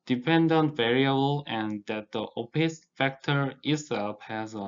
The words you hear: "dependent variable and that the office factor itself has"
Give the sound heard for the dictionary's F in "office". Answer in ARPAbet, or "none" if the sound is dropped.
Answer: P